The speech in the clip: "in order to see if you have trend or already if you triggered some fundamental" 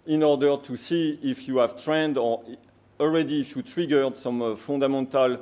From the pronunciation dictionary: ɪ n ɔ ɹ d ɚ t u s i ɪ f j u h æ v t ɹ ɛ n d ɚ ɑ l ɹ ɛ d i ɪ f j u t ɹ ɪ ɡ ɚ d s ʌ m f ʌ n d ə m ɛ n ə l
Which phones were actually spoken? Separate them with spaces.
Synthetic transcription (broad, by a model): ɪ n ɔ ɹ d ɚ t u s i ɪ f j u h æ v t ɹ ɛ n d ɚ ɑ l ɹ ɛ d i f j u t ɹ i ɡ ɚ d s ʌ m f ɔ d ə m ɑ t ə l